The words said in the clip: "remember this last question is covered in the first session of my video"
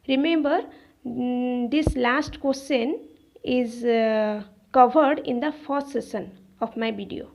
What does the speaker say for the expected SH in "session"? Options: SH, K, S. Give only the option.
S